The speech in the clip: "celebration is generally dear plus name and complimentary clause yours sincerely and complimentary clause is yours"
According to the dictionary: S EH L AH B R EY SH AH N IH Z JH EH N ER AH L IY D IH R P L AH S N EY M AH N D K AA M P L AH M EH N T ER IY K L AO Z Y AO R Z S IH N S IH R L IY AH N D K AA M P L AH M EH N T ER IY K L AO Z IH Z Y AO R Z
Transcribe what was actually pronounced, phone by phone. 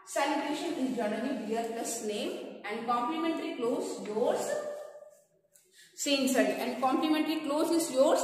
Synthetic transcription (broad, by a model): S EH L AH B R EY SH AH N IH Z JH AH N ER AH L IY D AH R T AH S N EY M AH N D K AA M P L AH M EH N T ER IY K L AO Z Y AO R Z S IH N S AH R IY AH N D K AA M P L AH M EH N T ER IY K L AO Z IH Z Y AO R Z